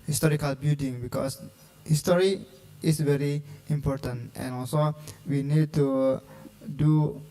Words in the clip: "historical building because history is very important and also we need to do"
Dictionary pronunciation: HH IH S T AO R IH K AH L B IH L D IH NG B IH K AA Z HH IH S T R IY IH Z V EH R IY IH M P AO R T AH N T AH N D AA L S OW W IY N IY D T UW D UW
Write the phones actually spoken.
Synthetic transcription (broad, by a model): HH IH S T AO R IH K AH L B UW D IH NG B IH K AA S HH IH S T R IY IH S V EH R IY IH M P AO R T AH N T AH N AA L S OW W IY N IY D T UW D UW